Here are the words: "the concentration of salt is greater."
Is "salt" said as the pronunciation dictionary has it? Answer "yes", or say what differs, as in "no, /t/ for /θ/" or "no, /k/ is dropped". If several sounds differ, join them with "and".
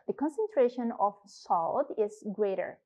yes